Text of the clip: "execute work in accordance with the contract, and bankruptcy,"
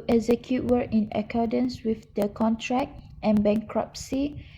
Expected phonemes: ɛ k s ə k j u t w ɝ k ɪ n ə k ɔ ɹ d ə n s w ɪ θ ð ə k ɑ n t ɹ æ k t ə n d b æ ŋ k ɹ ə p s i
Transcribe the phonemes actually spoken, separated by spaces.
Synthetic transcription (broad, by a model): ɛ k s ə k j u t w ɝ ɪ n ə k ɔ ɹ d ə n s w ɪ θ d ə k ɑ n t ɹ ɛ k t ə n b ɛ ŋ k ɹ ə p s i